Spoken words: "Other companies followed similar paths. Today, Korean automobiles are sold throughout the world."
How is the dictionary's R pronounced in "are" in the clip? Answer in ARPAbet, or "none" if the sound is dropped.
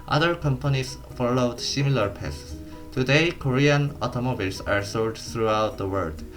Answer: R